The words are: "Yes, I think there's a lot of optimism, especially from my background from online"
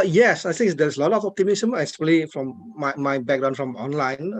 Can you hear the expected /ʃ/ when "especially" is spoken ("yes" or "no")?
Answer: no